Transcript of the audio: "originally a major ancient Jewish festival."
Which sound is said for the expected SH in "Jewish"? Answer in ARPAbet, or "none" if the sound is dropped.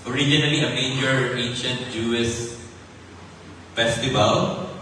S